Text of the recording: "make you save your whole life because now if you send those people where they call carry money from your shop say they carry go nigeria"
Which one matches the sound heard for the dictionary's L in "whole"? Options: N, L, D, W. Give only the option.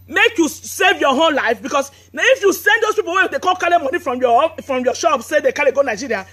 N